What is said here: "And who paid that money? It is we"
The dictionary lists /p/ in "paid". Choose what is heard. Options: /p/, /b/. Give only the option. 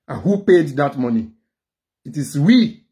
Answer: /p/